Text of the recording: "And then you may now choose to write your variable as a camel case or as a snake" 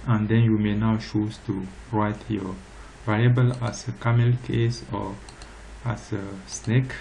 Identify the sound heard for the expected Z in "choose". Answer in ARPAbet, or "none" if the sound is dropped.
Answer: S